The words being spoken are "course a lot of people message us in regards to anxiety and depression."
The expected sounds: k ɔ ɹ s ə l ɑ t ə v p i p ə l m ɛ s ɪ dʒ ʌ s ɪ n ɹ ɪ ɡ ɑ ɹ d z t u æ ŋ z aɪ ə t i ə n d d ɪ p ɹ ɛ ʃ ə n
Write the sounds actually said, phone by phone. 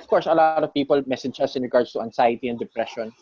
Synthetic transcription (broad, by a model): k ɔ ɹ s ə l ɑ t ə v p i p ə l m ɛ s ɪ dʒ ʌ s ɪ n ɹ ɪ ɡ ɑ ɹ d s t u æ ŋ s aɪ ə t i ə n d d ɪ p ɹ ɛ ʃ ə n